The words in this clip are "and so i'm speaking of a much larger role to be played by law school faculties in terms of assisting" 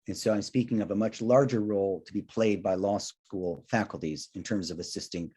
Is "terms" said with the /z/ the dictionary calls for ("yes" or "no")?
yes